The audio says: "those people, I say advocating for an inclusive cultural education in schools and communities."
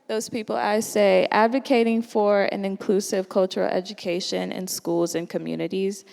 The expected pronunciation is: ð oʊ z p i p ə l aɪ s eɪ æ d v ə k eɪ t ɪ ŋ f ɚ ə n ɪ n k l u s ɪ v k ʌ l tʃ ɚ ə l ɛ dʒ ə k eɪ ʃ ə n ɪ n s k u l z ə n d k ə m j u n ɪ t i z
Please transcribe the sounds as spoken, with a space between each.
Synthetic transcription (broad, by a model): ð oʊ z p i p l aɪ s eɪ æ d v ə k eɪ t ɪ ŋ f ɚ ə n ɪ n k l u s ɪ v k ʌ l tʃ ɚ l ɛ dʒ ə k eɪ ʃ ə n ɪ n s k u l z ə n k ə m j u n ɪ t i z